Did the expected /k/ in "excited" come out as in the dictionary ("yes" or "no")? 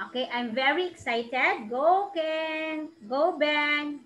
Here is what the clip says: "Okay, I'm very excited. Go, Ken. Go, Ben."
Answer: yes